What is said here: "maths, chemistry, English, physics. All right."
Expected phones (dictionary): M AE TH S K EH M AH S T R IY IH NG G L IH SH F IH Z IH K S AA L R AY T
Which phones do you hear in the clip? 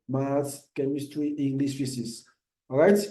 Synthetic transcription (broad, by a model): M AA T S K EH M AH S T R IY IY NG G L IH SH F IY S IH S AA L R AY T